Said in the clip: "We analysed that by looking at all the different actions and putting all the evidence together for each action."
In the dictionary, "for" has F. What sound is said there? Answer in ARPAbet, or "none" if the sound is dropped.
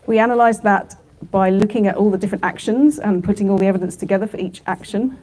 F